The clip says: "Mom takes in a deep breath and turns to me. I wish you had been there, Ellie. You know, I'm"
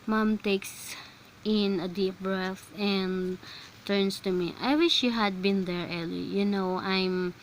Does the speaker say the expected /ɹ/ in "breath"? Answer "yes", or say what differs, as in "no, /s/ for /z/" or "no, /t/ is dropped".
yes